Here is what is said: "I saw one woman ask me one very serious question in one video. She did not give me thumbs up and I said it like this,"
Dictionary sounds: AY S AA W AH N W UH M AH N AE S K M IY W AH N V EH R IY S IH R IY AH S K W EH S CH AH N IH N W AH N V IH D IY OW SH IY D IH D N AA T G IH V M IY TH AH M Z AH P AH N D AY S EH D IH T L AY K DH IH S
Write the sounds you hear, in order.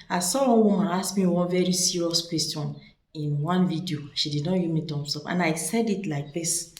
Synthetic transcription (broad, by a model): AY S AA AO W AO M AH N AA S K M IY W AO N V EH R IY S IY R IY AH S K W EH S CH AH N IH N W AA N V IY D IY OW SH IY D IH D N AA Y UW M IY T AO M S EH F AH N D AY S EH D IH T L AY K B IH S